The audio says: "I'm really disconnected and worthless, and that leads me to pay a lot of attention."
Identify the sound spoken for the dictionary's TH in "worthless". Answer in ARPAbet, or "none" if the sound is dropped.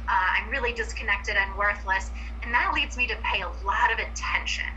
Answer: TH